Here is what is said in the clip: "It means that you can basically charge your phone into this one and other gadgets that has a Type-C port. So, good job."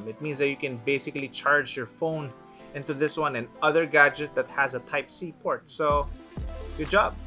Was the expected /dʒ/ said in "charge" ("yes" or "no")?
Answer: yes